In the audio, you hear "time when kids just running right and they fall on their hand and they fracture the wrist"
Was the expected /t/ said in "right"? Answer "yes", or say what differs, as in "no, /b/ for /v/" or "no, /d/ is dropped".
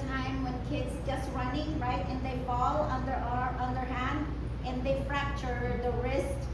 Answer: yes